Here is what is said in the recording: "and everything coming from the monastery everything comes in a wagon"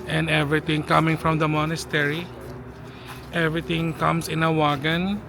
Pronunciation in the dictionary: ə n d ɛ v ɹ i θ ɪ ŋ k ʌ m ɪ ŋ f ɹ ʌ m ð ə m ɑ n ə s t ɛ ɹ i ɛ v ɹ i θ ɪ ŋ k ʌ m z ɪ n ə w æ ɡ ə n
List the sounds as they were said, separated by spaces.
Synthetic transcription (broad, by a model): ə n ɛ v ɹ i t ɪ ŋ k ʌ m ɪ ŋ f ɹ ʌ m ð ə m ɑ n ə s t ɛ ɹ i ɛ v ɹ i t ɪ ŋ k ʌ m s ɪ n ə w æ ɡ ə n